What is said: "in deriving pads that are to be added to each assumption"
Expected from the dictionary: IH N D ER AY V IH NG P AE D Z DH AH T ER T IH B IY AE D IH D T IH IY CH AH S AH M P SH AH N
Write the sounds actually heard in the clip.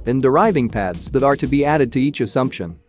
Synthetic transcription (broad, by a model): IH N D ER AY V IH NG P AE D Z DH AH T ER T IH B IY AE D IH D T IH IY CH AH S AH M P SH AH N